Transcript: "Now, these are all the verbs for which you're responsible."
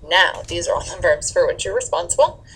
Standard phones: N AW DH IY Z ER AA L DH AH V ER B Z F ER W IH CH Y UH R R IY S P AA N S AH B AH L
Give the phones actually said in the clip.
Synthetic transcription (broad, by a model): N AW DH IY Z ER AA L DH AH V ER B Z F ER W IH CH Y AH R R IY S P AA N S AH B L